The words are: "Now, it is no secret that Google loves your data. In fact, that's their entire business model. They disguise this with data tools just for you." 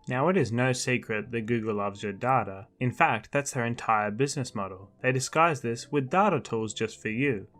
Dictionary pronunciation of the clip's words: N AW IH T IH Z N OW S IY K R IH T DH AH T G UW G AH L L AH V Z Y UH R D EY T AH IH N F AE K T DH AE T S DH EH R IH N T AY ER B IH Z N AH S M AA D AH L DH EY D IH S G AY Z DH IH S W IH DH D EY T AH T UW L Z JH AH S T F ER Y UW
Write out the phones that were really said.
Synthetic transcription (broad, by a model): N AW IH T IH Z N OW S IY K R IH T DH AH T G UW G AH L L AH V Z Y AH R D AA T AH IH N F AE K T DH AE T S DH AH R IH N T AY ER B IH Z N AH S M AA D L DH EY D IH S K AY Z DH IH S W IH DH D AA T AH T UW L Z JH AH S T F ER Y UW